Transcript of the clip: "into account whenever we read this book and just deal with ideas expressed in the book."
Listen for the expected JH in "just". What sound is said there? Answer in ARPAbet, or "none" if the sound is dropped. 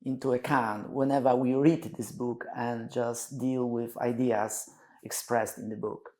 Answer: JH